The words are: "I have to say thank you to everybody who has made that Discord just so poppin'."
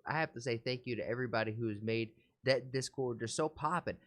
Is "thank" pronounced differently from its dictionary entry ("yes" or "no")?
no